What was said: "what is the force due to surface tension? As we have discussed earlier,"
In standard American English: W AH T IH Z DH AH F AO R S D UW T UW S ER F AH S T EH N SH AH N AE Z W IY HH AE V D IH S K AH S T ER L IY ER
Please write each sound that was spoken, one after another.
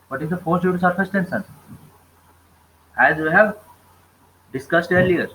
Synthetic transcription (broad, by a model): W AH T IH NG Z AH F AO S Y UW T UW S ER F AH S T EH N S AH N AE Z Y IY HH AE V D IH S K AH S T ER L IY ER